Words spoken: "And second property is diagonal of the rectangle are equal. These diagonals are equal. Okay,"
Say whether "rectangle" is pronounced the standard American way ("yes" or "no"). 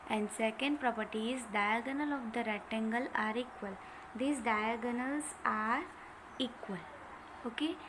no